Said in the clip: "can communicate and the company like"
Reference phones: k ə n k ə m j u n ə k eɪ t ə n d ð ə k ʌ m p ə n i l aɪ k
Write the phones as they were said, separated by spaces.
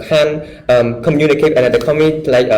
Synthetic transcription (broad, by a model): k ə n k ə m j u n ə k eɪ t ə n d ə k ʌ m ə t l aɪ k